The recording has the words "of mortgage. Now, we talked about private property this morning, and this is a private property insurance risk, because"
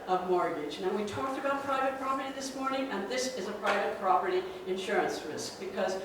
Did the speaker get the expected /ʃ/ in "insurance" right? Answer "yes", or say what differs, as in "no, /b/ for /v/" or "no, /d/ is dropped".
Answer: yes